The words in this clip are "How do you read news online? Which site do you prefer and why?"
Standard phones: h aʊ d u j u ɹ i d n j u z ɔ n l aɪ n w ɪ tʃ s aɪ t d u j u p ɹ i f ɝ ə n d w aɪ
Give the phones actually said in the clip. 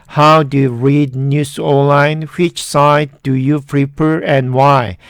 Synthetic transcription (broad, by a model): h aʊ d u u ɹ i d n j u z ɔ l aɪ n w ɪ tʃ s aɪ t d u j u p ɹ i p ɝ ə n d w aɪ